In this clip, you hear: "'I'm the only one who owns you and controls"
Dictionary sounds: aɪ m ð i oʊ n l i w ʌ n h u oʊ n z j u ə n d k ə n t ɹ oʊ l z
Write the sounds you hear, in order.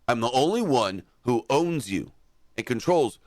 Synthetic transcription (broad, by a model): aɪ m ð i oʊ n l i w ʌ n h u oʊ n z j u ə n k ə n t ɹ oʊ l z